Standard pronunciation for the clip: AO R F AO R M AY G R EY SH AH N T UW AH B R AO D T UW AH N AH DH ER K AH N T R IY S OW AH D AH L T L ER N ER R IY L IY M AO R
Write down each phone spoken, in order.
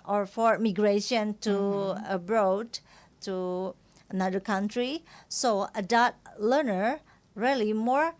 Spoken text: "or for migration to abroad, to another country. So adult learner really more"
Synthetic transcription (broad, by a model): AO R F AO R M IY G R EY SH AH N T UW AH B R AO D T UW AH N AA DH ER K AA N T R IY S OW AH D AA T L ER N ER R IY L IY M AO R